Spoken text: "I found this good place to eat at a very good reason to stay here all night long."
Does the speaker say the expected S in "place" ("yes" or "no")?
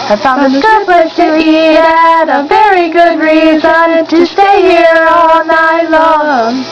no